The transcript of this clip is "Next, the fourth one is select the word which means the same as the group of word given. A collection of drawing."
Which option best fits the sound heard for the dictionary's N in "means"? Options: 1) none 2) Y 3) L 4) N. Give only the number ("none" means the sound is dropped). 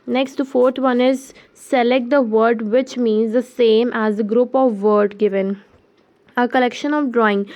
4